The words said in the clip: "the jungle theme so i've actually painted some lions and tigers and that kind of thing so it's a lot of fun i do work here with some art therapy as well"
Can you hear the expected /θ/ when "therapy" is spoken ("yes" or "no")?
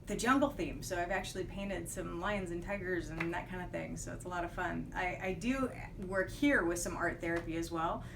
yes